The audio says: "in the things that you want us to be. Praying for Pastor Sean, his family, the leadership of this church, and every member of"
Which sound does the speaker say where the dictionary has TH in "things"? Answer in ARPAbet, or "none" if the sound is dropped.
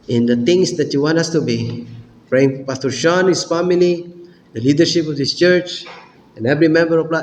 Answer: T